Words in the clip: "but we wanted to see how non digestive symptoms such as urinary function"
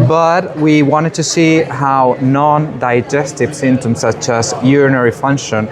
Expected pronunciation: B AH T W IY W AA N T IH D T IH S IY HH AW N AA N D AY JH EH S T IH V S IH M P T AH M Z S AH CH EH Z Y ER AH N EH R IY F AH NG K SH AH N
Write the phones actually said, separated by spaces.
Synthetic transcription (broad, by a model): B AH T W IY W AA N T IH D T IH S IY HH AW N AA N D AY JH EH S T IH V S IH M T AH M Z S AH CH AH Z Y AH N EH R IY F AH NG K SH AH N